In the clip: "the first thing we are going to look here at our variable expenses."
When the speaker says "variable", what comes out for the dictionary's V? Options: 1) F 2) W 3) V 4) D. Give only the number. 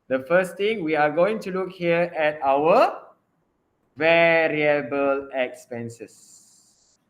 3